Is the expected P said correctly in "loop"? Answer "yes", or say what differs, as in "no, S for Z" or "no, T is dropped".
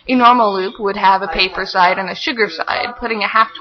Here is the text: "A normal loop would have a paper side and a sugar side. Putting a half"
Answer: yes